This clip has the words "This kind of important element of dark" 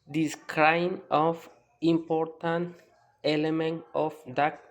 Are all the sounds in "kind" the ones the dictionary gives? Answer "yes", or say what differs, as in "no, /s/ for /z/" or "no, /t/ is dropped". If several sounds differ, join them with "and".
no, /d/ is dropped